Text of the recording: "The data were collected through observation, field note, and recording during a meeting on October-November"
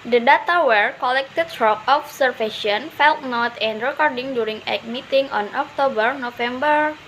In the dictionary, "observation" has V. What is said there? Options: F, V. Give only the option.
F